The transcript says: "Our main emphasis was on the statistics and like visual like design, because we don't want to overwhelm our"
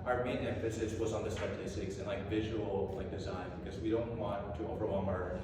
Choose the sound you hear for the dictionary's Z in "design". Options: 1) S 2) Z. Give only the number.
2